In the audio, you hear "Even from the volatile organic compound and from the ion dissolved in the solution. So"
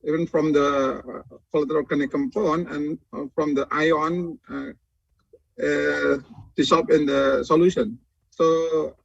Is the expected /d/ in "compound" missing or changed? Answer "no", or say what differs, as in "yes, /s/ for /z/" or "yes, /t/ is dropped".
yes, /d/ is dropped